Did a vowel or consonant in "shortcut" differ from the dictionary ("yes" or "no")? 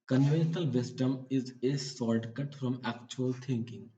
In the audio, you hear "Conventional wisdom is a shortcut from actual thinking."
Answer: yes